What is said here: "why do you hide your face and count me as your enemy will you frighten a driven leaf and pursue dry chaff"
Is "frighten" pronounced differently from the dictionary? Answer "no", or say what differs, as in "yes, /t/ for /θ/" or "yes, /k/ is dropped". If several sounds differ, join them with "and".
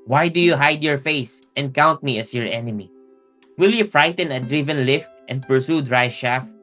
no